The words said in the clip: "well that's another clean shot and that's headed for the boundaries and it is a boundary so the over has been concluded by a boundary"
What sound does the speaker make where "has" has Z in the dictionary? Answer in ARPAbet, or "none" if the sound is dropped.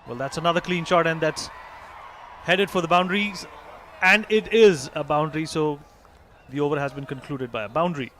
Z